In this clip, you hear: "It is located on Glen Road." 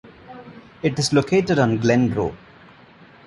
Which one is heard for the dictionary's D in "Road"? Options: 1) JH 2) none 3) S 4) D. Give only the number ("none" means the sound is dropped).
2